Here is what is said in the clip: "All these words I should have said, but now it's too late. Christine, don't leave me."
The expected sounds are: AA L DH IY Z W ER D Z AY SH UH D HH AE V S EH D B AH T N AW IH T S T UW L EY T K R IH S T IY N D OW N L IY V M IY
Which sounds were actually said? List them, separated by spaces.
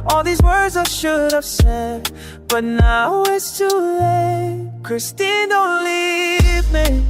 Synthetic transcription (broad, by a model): AA L DH IY Z W ER D Z AY SH UH D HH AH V S EH D B AH T N AW IH T S T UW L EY K R IH S T IY N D OW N L IY V M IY